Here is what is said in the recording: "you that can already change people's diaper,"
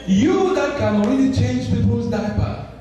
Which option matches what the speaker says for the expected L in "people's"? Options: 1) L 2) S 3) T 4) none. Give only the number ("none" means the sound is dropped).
4